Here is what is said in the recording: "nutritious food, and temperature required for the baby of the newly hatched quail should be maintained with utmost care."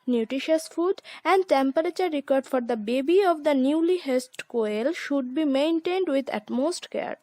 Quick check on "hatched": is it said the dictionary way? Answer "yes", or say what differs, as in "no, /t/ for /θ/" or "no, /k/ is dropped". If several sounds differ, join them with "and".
no, /s/ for /tʃ/